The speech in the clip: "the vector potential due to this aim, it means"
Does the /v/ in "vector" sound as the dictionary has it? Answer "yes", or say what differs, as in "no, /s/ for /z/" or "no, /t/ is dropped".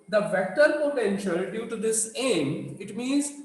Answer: yes